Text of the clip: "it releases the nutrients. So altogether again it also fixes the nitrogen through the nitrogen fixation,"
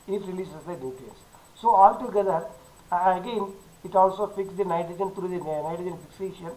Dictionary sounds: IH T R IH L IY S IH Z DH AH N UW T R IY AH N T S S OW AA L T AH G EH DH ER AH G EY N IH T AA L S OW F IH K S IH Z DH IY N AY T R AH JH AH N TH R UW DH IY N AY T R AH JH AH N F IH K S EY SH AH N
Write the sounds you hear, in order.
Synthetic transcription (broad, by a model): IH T R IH L IY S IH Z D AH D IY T IY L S S OW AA L T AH G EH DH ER AH G EY N IH T AA L S OW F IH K S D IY N AY T R AH JH AH N T R UW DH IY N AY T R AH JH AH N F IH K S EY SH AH N